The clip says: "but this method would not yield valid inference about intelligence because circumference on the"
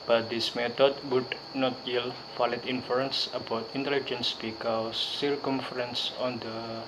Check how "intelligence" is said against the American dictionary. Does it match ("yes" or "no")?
yes